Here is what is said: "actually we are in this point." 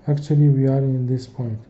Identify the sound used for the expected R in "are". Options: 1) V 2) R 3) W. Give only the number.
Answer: 2